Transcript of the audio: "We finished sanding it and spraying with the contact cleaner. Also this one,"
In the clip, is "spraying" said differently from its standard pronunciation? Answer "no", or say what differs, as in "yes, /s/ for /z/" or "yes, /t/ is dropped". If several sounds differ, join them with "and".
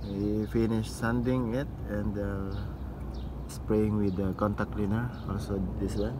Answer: no